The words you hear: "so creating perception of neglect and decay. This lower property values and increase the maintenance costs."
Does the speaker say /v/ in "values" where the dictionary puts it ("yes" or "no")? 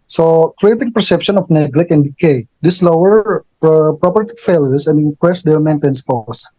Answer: no